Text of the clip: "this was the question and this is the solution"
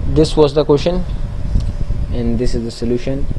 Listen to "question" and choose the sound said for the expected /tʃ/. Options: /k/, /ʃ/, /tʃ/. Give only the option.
/ʃ/